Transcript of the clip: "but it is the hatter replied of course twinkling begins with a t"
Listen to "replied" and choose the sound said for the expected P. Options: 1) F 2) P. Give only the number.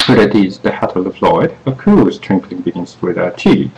1